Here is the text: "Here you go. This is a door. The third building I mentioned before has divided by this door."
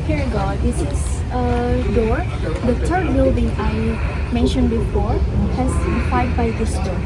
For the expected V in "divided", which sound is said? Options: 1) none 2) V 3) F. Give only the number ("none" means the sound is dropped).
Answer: 3